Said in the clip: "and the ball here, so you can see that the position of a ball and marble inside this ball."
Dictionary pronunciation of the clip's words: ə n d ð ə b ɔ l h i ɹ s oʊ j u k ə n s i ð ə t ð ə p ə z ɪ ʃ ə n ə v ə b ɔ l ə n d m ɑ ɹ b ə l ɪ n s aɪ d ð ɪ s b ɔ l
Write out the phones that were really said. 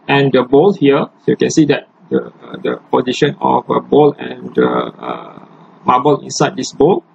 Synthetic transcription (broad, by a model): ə n d ə b ɔ l h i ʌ s oʊ j u k ə n s i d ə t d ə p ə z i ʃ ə n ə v ə b ɔ l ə n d m ɑ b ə l ɪ n s aɪ d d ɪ s b ɔ l